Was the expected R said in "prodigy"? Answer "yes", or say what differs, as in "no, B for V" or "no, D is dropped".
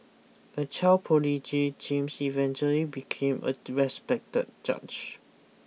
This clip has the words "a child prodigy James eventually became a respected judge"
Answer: no, R is dropped